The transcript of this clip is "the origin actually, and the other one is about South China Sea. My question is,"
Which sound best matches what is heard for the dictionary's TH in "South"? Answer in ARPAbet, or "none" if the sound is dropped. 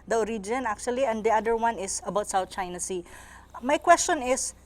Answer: T